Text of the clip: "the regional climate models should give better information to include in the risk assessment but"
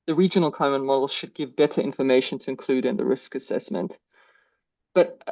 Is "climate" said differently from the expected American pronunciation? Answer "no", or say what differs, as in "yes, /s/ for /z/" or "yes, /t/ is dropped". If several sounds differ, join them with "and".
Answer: yes, /l/ is dropped